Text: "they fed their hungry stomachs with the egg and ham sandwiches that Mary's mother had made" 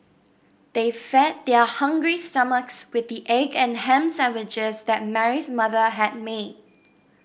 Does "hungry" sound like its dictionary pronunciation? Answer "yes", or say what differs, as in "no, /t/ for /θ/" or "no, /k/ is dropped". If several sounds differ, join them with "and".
yes